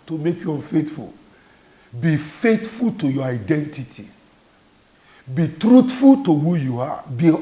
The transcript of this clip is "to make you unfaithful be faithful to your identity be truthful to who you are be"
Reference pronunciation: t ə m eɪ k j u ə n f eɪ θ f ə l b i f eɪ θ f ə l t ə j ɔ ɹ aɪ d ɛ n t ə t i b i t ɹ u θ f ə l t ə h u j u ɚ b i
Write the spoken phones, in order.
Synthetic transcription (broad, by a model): t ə m eɪ k j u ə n f eɪ t f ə l b i f eɪ t f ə l t ə j ɔ aɪ d ɛ n t ə t i b i t ɹ u t f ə l t ə h u j u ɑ b i